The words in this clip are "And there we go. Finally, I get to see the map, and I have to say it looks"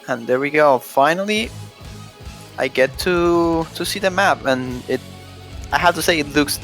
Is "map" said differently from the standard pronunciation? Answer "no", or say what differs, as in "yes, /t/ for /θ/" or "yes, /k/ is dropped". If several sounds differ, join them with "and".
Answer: no